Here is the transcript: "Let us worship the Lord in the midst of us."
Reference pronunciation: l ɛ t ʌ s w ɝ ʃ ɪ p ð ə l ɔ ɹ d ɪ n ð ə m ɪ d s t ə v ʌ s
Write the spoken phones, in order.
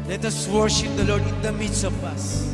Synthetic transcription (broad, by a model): l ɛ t ʌ s w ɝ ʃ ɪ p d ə l ɔ ɹ d ɪ n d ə m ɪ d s ə p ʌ s